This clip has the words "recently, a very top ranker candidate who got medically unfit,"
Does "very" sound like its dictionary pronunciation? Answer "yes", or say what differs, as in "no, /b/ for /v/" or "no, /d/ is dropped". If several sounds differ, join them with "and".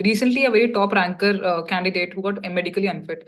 yes